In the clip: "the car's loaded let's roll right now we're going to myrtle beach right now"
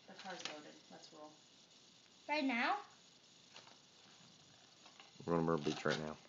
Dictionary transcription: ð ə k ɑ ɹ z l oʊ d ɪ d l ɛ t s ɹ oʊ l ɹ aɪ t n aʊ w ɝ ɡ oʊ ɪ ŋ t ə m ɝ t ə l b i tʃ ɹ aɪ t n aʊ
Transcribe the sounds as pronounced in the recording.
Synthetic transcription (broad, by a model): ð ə k ɑ ɹ z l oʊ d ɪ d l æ t s w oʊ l ɹ aɪ t n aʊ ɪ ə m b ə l b i tʃ ɹ aɪ t n aʊ